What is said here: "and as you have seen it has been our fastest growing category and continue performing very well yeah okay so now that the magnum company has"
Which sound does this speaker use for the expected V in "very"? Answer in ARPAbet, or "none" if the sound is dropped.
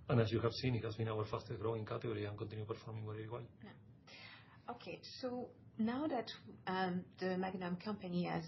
W